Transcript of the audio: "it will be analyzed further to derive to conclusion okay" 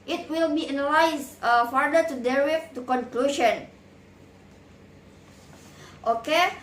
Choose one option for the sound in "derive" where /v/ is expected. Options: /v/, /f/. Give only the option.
/f/